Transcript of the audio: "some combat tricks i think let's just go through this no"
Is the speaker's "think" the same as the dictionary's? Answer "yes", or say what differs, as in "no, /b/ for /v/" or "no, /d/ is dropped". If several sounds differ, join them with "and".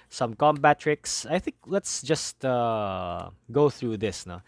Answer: yes